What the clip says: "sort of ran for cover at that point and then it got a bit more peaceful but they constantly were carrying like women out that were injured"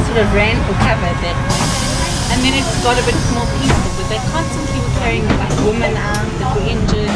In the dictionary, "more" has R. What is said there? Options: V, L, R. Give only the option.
L